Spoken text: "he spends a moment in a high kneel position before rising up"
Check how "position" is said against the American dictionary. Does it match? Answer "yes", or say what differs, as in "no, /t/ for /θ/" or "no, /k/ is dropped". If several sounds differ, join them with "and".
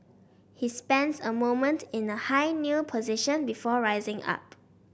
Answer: yes